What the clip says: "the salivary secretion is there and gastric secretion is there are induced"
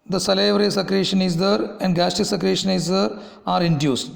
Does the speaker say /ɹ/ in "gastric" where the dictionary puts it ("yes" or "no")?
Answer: no